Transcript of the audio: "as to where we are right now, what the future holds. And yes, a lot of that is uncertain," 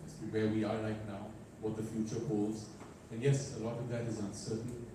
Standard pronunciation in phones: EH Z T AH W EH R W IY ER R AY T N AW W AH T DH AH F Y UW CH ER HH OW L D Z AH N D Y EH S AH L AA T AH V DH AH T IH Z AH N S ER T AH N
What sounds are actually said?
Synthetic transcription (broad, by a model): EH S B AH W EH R W IY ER L AY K N AW W AH T DH AH F Y UW CH ER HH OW L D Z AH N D Y EH S AH L AA T AH V DH AH T IH Z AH N S ER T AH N